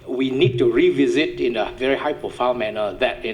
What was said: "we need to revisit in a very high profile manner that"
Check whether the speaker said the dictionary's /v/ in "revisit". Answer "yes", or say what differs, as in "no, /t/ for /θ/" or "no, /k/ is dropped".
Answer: yes